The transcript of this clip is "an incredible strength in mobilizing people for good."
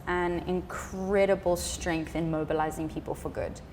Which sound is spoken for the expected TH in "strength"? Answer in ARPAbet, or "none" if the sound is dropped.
TH